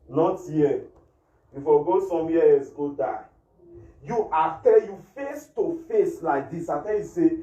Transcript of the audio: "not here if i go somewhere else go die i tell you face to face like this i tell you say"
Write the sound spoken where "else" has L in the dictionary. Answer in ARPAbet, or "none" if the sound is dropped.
none